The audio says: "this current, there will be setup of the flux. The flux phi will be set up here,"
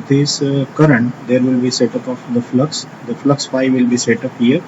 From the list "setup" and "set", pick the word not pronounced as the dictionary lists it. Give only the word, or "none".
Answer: none